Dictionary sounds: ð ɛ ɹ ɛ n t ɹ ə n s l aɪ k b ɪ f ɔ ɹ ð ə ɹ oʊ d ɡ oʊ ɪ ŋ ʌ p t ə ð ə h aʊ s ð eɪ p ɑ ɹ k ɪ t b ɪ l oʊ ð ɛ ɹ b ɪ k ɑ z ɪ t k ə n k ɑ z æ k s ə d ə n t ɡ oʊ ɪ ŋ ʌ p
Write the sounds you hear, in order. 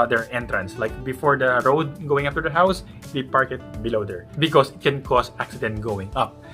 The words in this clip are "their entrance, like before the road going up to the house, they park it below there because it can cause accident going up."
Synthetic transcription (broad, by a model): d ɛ ɹ ɛ n t ɹ ə n s l aɪ k b ɪ f ɔ ɹ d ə ɹ oʊ d ɡ oʊ ɪ ŋ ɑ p t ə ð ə h aʊ s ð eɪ p ɑ ɹ k ɪ t b ɪ l oʊ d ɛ ɹ b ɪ k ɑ s ɪ t k ə n k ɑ s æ k s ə d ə n t ɡ oʊ ɪ ŋ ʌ p